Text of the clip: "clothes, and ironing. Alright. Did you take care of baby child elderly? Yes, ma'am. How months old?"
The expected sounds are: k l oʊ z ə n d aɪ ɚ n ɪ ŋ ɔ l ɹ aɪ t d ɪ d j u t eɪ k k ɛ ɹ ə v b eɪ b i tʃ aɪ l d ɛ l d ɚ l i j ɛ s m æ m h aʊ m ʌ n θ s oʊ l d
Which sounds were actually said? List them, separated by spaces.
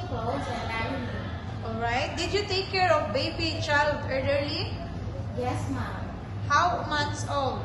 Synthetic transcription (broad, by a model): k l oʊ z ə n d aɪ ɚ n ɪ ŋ ɔ l ɹ aɪ t d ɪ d j u t eɪ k k ɛ ɹ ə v b eɪ b i tʃ aɪ l d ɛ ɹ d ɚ l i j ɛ s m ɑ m h aʊ m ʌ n t s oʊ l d